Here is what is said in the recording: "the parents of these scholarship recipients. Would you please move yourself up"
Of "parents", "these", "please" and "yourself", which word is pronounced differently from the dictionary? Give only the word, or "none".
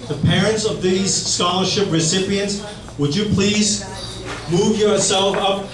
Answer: none